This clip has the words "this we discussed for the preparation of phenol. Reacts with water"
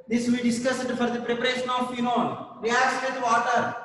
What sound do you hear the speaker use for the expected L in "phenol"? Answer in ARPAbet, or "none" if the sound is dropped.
N